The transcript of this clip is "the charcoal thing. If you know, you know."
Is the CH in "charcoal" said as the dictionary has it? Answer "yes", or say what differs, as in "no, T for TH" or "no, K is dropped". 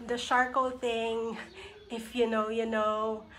no, SH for CH